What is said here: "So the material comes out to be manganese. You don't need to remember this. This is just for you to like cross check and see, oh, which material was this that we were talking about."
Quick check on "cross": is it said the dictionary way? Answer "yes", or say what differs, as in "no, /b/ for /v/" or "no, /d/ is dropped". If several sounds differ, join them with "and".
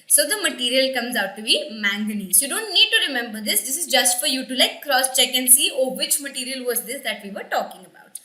yes